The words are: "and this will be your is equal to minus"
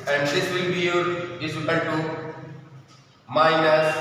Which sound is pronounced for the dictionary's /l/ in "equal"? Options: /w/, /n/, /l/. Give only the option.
/n/